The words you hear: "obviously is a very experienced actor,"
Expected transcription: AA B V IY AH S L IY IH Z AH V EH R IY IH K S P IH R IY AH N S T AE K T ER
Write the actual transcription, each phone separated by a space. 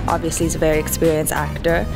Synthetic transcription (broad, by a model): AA B V IY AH S L IY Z AH V EH R IY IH K S P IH R IY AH N S AE K T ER